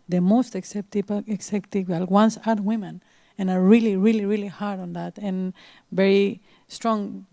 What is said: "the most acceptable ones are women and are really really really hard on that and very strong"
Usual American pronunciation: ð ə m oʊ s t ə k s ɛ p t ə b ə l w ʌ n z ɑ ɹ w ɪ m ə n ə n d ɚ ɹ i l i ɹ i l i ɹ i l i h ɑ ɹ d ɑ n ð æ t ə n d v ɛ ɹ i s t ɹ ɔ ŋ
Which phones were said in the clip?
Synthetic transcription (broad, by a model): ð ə m oʊ s t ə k s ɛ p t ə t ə l w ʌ n s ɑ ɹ w ɪ m ə n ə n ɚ ɹ i l i ɹ i l i ɹ i l i h ɑ ɹ d ɑ n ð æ t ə n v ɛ ɹ i s t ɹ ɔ ŋ